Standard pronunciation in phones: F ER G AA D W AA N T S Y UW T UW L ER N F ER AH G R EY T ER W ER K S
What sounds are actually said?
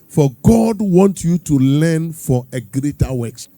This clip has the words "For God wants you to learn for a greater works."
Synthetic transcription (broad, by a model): F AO G AA D W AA N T Y UW T UW L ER N F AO AH G R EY T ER W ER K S